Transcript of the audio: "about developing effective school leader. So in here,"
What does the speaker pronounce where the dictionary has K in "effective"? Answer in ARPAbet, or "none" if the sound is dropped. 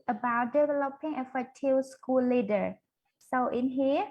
none